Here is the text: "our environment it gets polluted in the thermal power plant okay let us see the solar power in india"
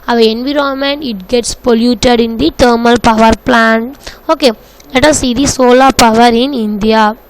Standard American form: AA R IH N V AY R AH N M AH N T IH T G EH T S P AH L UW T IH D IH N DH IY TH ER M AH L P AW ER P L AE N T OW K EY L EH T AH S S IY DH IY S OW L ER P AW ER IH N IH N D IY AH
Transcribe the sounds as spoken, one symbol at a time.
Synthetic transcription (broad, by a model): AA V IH N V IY R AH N M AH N IH T G EH T S P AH L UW T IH D IH N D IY T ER M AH L P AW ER P L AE N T OW K EY L EH T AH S S IY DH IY S OW L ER P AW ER IH N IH N D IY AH